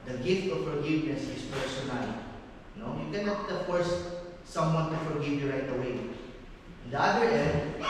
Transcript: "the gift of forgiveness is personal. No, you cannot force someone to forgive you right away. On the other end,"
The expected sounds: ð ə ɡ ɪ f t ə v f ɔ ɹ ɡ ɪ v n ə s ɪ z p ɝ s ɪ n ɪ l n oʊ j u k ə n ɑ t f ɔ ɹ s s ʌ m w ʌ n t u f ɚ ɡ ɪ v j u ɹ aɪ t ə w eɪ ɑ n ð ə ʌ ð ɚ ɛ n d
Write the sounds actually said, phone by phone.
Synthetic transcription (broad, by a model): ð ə ɡ ɪ f t ə v f ɔ ɹ ɡ ɪ v n ə s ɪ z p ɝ s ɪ n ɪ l n oʊ j u k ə n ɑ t f ɔ ɹ s s ʌ m w ʌ n t u f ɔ ɡ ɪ v j u ɹ aɪ t ə w eɪ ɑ n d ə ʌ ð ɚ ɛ n d